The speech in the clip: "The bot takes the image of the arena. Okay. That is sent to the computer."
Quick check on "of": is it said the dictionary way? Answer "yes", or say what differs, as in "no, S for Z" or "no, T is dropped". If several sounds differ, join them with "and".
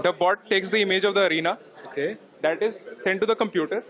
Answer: yes